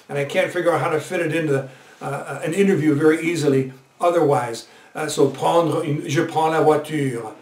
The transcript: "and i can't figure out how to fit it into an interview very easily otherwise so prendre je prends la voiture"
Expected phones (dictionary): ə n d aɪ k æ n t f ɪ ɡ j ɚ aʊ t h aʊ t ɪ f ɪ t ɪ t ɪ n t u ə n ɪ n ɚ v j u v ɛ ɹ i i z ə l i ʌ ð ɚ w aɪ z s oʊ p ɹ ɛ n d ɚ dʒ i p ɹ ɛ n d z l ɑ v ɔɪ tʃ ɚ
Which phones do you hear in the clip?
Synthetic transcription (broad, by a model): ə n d aɪ k æ n t f ɪ ɡ j ɚ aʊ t h aʊ t ɪ f ɪ t ɪ t ɪ n t u ə n ɪ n ɚ v j u v ɛ ɹ i i z ə l i ʌ ð ɚ w aɪ z s oʊ p ɛ n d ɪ ʒ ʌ p ɛ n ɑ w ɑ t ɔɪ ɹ